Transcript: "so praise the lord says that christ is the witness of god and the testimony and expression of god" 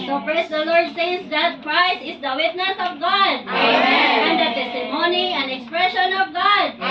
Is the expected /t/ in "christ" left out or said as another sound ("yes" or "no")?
yes